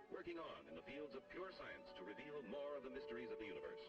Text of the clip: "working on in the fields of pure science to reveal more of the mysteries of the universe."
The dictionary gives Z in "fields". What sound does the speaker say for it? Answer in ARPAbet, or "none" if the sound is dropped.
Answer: Z